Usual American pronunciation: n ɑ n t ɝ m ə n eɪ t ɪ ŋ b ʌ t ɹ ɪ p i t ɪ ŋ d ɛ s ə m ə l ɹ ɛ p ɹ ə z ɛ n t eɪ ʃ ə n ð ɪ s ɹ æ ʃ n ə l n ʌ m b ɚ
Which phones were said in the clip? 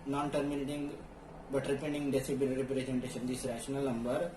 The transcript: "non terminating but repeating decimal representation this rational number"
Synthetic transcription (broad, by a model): n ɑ n t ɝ m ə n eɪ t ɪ ŋ b ʌ t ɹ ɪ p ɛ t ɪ ŋ d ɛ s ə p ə n ɹ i p ɹ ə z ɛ n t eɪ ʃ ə n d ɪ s ɹ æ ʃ n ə l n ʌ m b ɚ